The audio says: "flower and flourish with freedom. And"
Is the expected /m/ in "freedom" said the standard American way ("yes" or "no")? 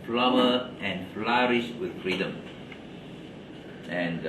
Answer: yes